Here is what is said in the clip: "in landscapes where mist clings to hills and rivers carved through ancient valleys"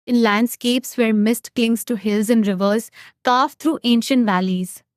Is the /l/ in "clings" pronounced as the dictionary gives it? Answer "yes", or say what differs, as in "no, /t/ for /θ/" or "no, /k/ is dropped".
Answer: no, /l/ is dropped